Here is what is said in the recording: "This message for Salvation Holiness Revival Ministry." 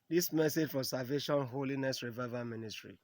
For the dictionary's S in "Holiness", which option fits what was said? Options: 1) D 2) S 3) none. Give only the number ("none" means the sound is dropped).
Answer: 2